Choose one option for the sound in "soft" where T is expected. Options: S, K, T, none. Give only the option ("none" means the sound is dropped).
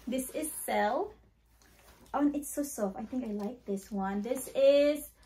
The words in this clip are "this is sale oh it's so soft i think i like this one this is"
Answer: none